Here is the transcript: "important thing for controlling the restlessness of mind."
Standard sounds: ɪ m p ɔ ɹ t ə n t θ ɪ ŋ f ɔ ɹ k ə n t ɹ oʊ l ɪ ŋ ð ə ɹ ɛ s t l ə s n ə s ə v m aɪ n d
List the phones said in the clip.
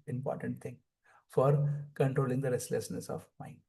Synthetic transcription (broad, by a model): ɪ m p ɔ ɹ t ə n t t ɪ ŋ f ɔ ɹ k ə n t ɹ oʊ l ɪ ŋ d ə ɹ ɛ s t l ə s n ə s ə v m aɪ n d